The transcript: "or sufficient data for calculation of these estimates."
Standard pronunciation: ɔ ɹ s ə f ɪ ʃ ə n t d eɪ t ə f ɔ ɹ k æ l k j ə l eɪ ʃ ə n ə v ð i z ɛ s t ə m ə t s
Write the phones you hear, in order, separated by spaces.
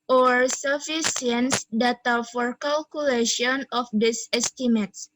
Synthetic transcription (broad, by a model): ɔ ɹ s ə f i s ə n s d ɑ t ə f ɔ ɹ k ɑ l k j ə l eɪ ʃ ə n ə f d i s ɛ s t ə m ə t s